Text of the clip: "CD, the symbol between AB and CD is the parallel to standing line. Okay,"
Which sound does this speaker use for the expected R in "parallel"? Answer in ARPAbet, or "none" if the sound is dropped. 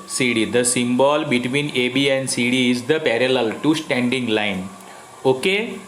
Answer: R